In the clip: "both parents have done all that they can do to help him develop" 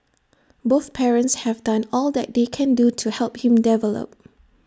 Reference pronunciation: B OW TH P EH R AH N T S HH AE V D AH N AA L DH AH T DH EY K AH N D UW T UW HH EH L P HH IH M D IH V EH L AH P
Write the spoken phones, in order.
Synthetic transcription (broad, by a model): B OW TH P EH R AH N T S HH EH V D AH N AA L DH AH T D EY K AH N D UW T UW HH EH L P HH IH M D IH V EH L AH P